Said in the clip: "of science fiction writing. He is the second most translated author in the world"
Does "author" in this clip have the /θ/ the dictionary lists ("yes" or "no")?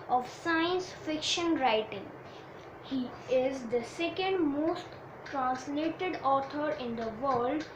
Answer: no